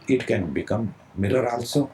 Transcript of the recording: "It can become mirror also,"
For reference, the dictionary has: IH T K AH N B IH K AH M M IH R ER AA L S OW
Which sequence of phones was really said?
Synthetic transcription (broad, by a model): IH T K AH N B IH K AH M M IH L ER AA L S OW